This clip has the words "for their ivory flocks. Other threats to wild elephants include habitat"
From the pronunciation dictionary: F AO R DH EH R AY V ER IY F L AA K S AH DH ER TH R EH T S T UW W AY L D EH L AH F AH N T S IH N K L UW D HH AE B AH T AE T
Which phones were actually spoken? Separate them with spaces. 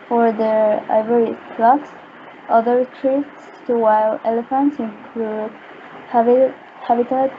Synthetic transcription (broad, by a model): F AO R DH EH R AY V ER IY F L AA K S AH DH ER T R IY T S T UW W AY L EH L AH F AH N T S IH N K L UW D HH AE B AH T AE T